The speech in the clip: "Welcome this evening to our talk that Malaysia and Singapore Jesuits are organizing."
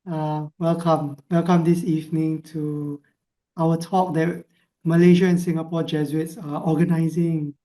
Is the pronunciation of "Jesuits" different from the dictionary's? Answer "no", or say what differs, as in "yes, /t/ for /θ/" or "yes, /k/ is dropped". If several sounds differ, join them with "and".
yes, /z/ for /ʒ/